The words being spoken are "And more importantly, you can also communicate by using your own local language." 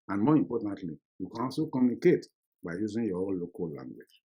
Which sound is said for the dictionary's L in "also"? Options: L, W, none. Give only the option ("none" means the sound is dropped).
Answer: none